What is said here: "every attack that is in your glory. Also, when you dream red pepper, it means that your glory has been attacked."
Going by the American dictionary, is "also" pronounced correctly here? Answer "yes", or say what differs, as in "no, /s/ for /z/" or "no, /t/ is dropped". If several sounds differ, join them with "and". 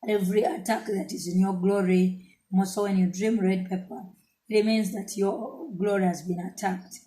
no, /l/ is dropped